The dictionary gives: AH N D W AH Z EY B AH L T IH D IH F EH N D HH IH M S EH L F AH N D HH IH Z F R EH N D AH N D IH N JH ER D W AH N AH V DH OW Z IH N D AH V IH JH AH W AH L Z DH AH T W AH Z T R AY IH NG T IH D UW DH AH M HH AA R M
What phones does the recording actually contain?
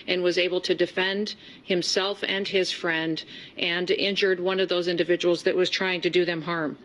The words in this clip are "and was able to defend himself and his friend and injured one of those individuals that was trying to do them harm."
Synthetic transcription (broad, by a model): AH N W AH Z EY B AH L T IH D IH F EH N D HH IH M S EH L F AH N IH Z F R EH N D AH N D IH N JH ER D W AH N AH V DH OW Z IH N D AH V IH JH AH W L Z DH AH T W AH Z T R AY IH NG T IH D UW DH AH M HH AA R M